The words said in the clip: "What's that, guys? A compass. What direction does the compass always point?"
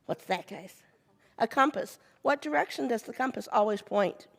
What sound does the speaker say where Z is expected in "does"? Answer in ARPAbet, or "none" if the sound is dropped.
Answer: Z